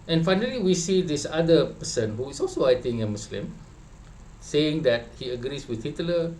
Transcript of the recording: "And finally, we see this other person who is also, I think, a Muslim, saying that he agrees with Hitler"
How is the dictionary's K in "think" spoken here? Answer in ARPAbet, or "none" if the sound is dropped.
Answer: none